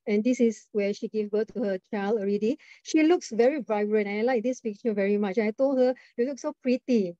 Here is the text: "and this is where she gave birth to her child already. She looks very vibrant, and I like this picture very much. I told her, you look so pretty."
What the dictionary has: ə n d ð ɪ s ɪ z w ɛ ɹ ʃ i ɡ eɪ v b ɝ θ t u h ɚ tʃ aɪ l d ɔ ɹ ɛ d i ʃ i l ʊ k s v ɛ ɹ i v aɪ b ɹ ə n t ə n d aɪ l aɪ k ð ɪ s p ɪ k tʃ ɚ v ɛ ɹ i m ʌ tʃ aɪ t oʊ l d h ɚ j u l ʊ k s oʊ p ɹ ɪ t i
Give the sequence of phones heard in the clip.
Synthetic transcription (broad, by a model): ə n d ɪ s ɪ s w ɛ ʃ i ɡ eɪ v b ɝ t t u h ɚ tʃ aɪ l ʌ ɹ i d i ʃ i l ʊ k s v ɛ ɹ i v aɪ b ɹ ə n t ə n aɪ l aɪ k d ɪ s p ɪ k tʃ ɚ v ɛ ɹ i m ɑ tʃ aɪ t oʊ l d h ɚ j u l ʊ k s oʊ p ɹ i t i